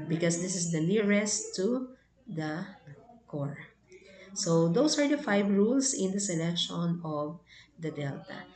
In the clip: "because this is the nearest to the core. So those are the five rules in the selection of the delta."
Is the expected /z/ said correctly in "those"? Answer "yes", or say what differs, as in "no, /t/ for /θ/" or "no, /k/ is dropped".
no, /s/ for /z/